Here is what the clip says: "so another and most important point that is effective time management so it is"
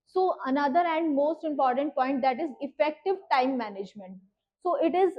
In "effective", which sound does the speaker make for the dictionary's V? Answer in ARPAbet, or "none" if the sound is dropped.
V